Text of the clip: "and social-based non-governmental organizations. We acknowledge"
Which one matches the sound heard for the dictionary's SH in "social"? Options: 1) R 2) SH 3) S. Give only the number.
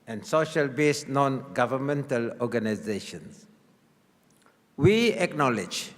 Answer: 2